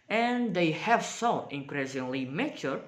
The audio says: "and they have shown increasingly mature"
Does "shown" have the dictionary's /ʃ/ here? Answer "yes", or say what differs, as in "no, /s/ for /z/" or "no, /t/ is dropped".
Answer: no, /s/ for /ʃ/